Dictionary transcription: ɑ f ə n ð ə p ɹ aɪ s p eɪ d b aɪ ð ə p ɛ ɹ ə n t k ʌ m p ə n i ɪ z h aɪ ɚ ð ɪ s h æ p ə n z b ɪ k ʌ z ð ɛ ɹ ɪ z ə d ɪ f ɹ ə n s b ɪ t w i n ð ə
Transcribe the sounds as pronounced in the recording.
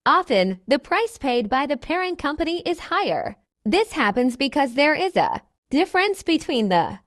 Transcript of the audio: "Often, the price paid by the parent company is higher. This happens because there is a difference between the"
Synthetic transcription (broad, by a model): ɑ f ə n ð ə p ɹ aɪ s p eɪ d b aɪ ð ə p ɛ ɹ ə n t k ʌ m p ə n i ɪ z h aɪ ɚ ð ɪ s h æ p ə n z b ɪ k ʌ z ð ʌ ɹ ɪ z ə d ɪ f ɹ ə n s b ɪ t w i n ð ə